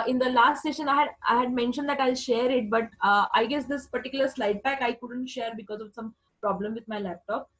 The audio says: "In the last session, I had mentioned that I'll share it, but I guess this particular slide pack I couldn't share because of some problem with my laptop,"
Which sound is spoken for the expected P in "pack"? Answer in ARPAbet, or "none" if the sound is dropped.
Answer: B